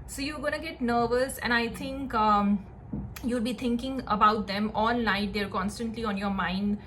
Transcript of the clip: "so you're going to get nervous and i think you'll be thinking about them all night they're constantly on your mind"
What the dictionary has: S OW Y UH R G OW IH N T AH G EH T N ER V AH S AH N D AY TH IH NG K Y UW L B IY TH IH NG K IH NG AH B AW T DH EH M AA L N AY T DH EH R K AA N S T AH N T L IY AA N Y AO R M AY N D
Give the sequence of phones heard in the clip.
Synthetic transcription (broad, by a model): S OW Y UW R G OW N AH G EH T N ER V AH S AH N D AY T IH NG K Y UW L B IY T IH NG K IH NG AH B AW T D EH M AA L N AY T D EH R K AA N S T AH N T L IY AA N Y AO R M AY N D